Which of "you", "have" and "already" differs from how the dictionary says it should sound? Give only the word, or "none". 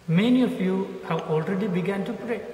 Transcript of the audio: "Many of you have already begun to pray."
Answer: have